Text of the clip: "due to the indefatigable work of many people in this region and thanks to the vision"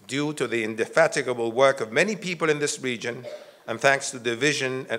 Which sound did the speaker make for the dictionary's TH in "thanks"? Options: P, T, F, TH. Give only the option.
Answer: TH